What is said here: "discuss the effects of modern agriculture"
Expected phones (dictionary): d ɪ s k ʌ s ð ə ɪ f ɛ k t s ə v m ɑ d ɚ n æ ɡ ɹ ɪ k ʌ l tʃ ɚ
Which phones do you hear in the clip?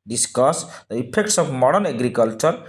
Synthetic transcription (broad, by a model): d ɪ s k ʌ s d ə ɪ p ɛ k t s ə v m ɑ d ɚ n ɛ ɡ ɹ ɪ k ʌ l tʃ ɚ